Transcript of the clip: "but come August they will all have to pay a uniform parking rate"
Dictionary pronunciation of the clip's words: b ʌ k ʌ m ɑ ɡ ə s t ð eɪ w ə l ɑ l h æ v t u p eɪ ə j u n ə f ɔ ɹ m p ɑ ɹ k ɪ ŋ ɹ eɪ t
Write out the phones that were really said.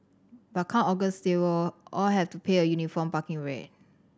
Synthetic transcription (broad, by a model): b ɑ k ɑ ɑ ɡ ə s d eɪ w ə l ɑ l h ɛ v t u p eɪ ə j u n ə f ɔ m p ɑ k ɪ ŋ ɹ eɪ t